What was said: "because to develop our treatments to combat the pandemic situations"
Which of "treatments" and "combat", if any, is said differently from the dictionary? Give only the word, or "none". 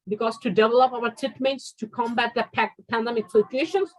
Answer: treatments